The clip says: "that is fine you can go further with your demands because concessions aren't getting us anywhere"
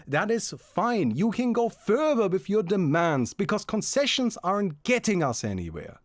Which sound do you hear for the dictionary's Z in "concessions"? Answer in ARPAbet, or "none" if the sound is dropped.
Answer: Z